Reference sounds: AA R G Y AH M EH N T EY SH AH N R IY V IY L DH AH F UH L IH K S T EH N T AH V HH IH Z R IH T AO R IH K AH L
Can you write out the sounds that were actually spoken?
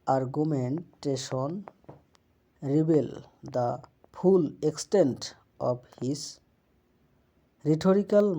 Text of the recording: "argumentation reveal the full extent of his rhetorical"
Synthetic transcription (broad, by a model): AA R G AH M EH N T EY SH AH N R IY B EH L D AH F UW L IH K S T EH N T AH B HH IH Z R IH T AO R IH K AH L